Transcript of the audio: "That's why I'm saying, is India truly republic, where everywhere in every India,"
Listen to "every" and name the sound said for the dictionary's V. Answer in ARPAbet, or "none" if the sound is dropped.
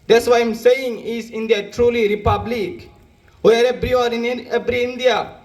B